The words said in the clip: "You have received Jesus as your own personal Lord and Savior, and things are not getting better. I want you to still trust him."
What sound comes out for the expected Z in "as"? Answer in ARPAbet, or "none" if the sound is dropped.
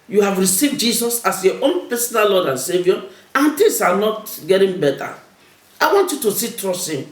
S